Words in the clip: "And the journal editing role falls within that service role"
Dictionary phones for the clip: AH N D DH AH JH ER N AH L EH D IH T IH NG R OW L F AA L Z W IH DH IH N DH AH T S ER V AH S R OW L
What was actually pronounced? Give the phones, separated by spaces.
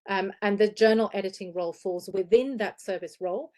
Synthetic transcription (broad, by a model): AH N DH AH JH ER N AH L EH D IH T IH NG R OW L F AA L Z W IH DH IH N DH AH T S ER V AH S R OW L